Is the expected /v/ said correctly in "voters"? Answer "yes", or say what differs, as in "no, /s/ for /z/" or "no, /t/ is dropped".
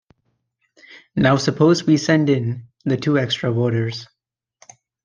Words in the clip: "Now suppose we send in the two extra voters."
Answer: no, /w/ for /v/